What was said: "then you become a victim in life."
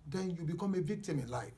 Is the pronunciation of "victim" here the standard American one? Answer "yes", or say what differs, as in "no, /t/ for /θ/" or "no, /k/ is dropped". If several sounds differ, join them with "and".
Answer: no, /k/ is dropped